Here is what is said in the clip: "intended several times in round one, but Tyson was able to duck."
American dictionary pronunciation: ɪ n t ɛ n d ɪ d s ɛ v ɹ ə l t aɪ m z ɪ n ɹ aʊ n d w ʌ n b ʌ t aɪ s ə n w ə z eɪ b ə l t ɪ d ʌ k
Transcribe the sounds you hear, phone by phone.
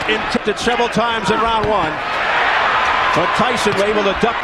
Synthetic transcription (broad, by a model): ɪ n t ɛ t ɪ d s ɛ v ɹ ə l t aɪ m z ɪ n ɹ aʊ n w ʌ n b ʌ t aɪ s ə n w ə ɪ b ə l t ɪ d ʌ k